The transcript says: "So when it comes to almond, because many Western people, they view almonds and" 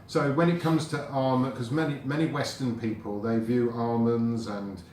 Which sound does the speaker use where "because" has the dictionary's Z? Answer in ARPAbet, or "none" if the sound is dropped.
none